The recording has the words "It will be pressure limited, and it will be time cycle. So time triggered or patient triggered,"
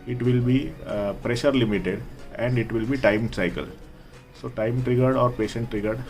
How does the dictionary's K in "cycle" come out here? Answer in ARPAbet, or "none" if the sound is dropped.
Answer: K